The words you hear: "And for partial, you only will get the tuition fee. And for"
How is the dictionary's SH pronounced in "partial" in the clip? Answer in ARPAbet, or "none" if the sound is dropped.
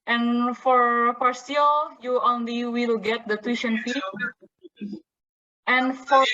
S